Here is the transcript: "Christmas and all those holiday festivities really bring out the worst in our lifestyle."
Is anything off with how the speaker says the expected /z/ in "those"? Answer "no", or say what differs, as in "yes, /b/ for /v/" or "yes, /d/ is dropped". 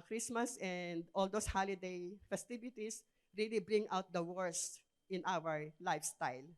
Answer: yes, /s/ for /z/